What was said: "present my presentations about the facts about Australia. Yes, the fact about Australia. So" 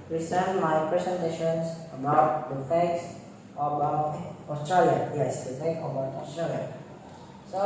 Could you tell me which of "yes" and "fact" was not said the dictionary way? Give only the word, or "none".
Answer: fact